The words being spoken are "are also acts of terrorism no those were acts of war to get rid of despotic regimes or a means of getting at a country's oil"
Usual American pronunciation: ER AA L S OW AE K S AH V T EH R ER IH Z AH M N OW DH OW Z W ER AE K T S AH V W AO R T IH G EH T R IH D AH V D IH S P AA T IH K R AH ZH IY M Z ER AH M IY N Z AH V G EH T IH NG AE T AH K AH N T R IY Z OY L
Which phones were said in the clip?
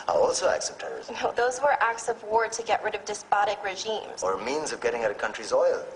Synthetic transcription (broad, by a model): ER AA L S OW AE K S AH P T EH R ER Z N OW DH OW Z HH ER AE K T S AH V W AO R T IH G EH T R IH D AH V D IH S P AA T IH K R AH ZH IY M Z ER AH M IY N Z AH V G EH T IH NG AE T AH K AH N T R IY Z OY L